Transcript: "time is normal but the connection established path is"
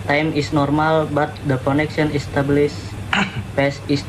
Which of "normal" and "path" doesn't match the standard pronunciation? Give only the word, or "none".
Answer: path